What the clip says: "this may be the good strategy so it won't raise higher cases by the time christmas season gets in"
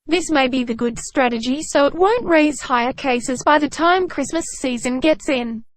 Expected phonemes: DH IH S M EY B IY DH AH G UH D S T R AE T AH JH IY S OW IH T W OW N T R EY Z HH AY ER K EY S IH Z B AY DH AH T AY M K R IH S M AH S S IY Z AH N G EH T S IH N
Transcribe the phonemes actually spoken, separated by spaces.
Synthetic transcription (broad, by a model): DH IH S M EY B IY DH AH G UH D S T R AE T AH JH IY S OW IH T W OW N T R EY Z HH AY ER K EY S IH Z B AY DH AH T AY M K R IH S M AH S S IY Z AH N G EH T S IH N